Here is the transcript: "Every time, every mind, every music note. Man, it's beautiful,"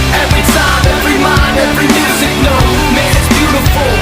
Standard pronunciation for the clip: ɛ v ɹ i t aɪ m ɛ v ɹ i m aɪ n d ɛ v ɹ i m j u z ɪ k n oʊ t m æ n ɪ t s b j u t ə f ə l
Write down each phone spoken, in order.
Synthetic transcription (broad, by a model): ɛ v ɹ i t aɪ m ɛ v ɹ i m aɪ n ɛ v ɹ i m j u z ɪ k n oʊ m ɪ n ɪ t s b j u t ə f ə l